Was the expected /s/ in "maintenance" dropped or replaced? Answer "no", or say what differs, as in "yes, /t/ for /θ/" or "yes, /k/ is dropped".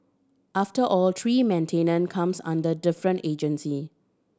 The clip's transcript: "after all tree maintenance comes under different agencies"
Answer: yes, /s/ is dropped